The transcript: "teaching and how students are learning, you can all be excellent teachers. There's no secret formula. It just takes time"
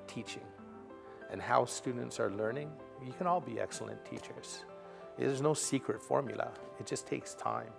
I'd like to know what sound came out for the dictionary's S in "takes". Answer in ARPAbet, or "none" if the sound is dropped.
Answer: S